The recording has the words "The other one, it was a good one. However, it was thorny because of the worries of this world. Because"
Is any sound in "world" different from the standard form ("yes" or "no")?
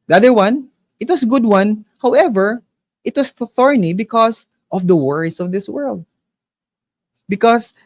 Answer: no